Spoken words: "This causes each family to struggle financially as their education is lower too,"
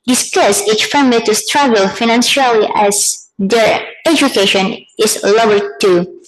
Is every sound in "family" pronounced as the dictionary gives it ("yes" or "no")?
no